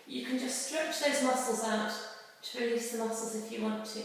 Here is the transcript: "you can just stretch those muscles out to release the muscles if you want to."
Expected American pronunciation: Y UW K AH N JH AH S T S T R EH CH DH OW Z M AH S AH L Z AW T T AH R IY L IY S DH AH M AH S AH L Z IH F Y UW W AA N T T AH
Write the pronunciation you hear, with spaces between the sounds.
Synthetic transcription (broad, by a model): Y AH K AH N JH AH S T S T R EH CH DH OW Z M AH S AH L Z AW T T AH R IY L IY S DH AH M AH S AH L Z IH F Y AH W AA N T T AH